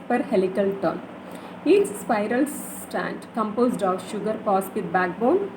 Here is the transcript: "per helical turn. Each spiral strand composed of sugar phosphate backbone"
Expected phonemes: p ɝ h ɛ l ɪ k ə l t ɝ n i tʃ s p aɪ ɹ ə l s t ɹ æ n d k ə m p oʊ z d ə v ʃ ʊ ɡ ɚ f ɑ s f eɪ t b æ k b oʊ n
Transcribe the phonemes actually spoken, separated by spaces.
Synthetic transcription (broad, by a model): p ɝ h ɛ l ɪ k ə l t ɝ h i s s p aɪ ɹ ə l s t æ n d k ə m p oʊ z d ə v ʃ ʊ ɡ ɚ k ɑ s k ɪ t b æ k b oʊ n